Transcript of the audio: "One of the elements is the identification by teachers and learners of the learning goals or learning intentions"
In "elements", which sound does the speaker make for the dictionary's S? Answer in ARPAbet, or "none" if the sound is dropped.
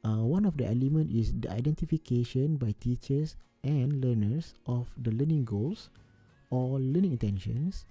none